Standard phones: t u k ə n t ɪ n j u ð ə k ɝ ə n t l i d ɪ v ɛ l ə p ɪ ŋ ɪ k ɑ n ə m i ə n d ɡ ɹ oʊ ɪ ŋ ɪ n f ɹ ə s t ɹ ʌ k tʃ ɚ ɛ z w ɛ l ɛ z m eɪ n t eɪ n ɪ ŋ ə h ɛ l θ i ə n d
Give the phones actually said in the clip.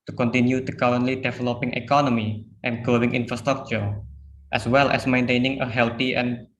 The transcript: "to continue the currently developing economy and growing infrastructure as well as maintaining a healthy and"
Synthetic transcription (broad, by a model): t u k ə n t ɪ n j u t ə k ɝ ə n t l i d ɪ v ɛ l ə p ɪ ŋ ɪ k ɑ n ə m i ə n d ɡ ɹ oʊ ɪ ŋ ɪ n f ɹ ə s t ɹ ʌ k tʃ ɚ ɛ s w ɛ l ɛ s m eɪ n t eɪ n ɪ ŋ ə h ɛ l t i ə n